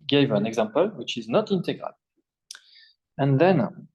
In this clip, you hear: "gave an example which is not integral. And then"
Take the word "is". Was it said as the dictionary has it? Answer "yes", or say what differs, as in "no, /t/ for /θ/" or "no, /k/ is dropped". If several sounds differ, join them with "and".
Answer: yes